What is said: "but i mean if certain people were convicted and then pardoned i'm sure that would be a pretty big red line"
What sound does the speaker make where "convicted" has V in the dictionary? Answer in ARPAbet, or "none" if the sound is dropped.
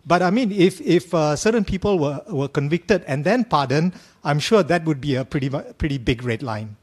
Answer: V